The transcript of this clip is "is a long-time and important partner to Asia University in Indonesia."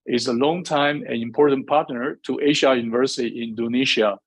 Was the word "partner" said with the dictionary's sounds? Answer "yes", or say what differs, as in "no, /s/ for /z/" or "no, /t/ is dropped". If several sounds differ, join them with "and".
yes